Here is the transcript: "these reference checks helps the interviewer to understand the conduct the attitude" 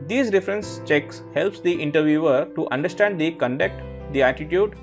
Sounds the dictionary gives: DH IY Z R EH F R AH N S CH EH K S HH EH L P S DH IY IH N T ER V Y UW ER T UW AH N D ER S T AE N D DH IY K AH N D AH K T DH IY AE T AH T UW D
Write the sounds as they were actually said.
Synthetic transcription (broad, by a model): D IY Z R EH F R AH N S CH EH K S HH EH L P S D IY IH N T ER V Y UW ER T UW AH N D ER S T AE N D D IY K AH N D AH K T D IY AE T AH T UW D